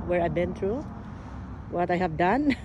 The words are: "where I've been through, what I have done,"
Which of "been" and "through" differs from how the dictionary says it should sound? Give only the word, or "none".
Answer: through